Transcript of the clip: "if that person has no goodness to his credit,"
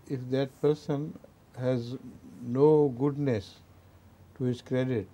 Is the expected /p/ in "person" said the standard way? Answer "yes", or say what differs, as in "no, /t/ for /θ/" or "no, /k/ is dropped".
yes